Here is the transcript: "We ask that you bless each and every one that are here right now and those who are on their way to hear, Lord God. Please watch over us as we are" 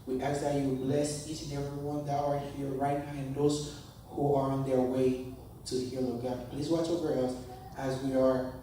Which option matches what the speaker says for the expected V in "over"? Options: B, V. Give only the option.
B